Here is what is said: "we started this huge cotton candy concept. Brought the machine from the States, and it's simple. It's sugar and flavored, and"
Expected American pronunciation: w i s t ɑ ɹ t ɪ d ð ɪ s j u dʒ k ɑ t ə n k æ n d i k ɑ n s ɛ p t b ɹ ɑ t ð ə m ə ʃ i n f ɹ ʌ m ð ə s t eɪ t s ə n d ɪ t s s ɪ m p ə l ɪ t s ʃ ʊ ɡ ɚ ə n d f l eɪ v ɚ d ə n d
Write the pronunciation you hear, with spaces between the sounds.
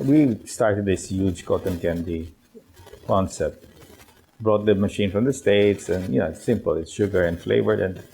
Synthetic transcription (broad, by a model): w i s t ɑ ɹ t ɪ d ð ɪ s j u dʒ k ɑ t ə n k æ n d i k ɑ n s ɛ t b ɹ ɑ t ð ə m ə ʃ i n f ɹ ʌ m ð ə s t eɪ t s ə n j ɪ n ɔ s ɪ m p ə l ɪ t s ʃ ʊ ɡ ɚ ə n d f l eɪ v ɚ d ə n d